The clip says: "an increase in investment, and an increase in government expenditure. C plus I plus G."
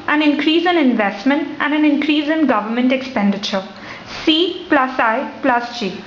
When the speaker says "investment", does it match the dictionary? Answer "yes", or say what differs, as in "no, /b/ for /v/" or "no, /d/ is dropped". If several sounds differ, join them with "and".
yes